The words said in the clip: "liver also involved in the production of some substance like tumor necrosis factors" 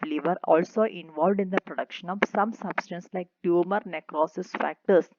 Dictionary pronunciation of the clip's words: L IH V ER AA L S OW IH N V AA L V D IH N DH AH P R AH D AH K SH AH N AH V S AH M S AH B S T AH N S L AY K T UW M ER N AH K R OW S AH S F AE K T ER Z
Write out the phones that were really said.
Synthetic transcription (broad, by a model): L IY V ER AA L S OW IH N V AA L V D IH N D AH P R AH D AH K SH AH N AH V S AH M S AH B S T AH N S L AY K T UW M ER N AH K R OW S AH S F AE K T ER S